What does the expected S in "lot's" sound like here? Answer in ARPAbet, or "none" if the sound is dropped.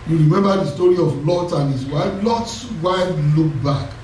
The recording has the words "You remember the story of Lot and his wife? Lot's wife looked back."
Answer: S